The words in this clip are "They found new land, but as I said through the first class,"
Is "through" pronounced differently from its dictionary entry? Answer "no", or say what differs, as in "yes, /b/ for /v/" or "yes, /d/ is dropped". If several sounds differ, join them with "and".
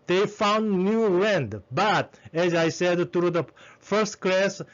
yes, /t/ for /θ/